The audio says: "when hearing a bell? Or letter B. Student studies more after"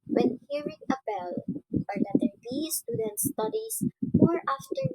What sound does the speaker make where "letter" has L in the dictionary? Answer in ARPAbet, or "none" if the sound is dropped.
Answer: N